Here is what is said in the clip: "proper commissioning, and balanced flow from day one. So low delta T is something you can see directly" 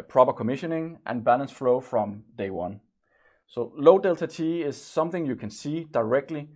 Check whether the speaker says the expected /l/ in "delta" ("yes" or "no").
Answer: yes